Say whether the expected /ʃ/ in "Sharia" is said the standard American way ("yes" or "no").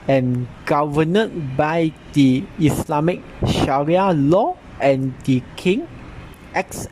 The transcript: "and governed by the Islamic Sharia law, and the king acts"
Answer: yes